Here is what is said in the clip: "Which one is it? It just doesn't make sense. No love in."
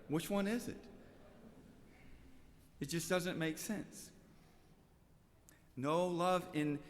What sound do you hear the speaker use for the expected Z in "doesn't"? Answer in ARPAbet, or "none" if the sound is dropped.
Z